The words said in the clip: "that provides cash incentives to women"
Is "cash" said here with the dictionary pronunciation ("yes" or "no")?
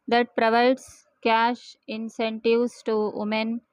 yes